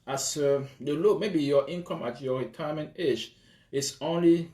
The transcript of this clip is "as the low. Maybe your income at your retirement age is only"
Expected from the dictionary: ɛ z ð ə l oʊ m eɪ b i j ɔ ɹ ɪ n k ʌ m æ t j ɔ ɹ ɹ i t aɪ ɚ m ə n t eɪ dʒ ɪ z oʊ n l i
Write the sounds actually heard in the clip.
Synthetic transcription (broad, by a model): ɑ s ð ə l oʊ m eɪ b i j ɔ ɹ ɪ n k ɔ m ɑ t j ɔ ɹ ɹ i t aɪ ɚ m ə n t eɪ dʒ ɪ s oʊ n l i